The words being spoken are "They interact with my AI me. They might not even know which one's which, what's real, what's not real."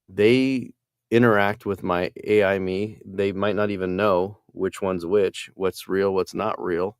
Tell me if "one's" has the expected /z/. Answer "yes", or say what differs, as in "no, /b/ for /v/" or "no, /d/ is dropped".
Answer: yes